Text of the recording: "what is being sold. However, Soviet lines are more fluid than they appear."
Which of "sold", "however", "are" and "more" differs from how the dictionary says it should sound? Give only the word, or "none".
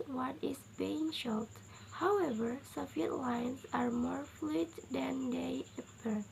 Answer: sold